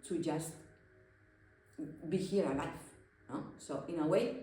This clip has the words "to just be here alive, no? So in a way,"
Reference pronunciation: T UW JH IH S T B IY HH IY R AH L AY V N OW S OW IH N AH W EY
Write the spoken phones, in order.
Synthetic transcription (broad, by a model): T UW JH IH S T B IY HH IY R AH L AY F N OW S OW IH N AH W EY